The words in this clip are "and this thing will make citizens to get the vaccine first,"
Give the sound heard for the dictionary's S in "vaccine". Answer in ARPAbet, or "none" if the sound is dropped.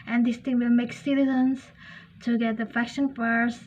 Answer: SH